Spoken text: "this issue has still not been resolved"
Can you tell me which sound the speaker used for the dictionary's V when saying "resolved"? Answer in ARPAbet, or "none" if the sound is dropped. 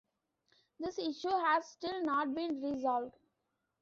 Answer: V